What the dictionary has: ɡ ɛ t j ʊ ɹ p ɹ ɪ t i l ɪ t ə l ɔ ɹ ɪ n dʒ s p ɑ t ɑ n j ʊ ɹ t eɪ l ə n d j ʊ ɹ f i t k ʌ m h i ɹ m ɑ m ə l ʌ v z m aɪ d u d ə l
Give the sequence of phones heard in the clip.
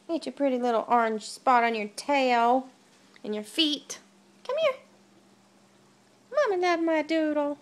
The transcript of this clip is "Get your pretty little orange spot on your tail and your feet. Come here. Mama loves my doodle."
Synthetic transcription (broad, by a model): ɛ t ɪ p ɹ ɪ t i l ɪ t l ɔ ɹ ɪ n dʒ s p ɑ t n j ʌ ɹ t eɪ l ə n j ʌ ɹ f i t k ʌ m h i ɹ m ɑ m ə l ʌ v m aɪ d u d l